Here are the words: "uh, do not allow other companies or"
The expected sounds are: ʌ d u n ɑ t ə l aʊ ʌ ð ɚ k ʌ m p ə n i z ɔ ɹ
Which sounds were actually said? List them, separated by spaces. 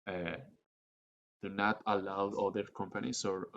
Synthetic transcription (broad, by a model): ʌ d u n ɑ t ə l aʊ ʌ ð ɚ k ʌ m p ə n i s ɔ ɹ